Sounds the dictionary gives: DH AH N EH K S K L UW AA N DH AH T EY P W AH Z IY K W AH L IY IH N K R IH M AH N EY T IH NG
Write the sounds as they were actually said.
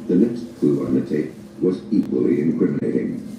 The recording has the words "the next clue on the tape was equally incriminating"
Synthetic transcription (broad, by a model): DH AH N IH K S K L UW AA N DH AH T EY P W AH Z IY K W AH L IY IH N K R IH M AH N EY T IH NG